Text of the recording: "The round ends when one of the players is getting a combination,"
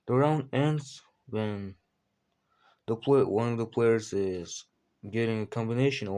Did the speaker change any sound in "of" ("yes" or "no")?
no